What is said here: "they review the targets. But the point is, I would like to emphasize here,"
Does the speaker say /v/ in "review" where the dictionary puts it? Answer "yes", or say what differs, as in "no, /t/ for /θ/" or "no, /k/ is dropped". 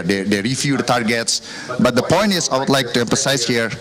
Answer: no, /f/ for /v/